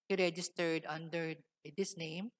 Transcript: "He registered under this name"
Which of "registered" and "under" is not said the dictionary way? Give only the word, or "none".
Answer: none